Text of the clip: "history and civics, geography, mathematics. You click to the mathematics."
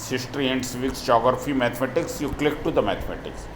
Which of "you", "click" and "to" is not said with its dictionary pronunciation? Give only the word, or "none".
none